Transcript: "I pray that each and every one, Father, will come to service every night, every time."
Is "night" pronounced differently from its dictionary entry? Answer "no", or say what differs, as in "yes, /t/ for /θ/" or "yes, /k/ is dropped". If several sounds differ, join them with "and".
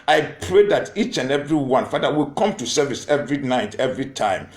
no